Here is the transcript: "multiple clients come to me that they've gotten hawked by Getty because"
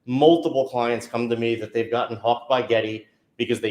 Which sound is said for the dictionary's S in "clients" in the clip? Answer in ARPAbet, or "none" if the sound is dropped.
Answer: S